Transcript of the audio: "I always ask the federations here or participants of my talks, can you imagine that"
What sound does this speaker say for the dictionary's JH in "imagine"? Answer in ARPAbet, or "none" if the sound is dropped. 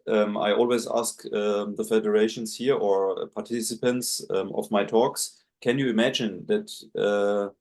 JH